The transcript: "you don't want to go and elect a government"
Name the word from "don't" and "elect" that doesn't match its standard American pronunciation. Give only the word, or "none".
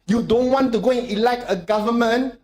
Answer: elect